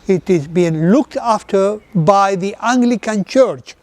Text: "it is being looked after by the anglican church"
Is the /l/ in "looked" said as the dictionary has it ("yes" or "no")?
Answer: yes